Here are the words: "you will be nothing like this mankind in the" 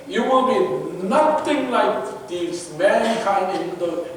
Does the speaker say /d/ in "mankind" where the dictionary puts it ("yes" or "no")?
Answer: no